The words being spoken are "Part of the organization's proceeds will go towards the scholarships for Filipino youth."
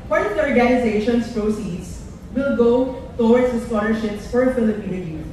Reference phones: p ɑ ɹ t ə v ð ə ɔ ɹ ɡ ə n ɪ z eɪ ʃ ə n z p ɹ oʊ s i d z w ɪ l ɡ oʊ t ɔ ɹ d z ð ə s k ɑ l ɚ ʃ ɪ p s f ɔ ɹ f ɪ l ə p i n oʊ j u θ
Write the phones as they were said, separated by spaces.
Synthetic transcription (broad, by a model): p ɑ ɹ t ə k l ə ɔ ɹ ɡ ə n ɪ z eɪ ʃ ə n s p ɹ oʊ s i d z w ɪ l ɡ oʊ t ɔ w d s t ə s k ɑ l ɚ ʃ ɪ p s f ɔ ɹ f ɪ l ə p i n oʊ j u